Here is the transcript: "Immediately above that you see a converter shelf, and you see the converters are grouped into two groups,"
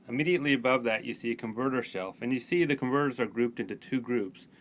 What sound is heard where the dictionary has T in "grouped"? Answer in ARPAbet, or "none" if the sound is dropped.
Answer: T